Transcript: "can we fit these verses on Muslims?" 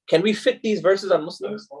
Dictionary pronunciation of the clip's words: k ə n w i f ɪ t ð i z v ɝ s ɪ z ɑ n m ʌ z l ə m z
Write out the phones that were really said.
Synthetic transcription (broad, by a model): k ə n w i f ɪ t ð i z v ɝ s ɪ z n m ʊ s l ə m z